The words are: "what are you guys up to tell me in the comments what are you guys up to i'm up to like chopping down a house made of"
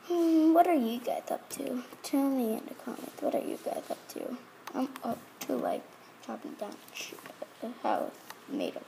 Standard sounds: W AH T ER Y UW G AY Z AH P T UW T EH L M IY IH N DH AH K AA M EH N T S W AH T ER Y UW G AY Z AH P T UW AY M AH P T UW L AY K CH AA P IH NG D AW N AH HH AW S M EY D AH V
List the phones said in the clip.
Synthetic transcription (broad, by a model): W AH T ER Y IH G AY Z AH P T UW T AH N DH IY IH N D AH K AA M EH N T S W AH T ER Y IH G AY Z AH P T UW AY M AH T UW L AY K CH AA P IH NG D AW N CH HH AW TH M EY D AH